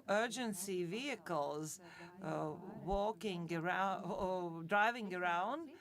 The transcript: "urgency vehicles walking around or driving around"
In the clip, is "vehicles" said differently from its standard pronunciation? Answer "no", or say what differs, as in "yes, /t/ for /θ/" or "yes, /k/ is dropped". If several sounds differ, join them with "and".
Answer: no